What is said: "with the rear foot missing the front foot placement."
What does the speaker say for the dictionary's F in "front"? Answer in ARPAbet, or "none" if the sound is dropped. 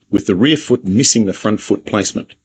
F